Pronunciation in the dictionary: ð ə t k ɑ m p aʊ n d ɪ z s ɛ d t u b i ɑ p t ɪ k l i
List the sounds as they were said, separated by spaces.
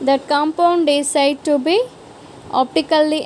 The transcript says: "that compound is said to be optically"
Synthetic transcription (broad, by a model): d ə t k ɑ m p aʊ n d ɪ s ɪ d t u b i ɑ p t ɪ k l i